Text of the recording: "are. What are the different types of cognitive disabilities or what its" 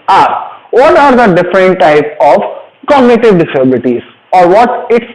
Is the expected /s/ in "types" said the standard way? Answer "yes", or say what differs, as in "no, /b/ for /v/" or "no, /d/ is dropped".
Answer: no, /s/ is dropped